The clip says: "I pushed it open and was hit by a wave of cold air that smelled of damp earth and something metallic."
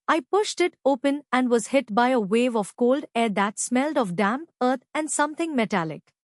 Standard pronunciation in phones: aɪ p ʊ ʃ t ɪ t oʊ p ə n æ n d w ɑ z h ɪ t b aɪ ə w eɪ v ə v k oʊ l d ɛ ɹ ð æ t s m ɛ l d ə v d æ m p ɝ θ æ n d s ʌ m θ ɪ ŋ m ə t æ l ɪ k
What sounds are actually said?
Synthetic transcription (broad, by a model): aɪ p ʊ ʃ t ɪ t oʊ p ə n æ n d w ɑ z h ɪ t b aɪ ə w eɪ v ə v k oʊ l d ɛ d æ t s m ɛ l d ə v d æ m p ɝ t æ n d s ʌ m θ ɪ ŋ m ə t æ l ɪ k